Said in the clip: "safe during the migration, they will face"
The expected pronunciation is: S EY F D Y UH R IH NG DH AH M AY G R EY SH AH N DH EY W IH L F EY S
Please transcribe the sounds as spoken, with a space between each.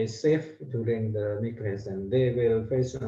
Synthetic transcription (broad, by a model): S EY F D Y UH R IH NG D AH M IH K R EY S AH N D EY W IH L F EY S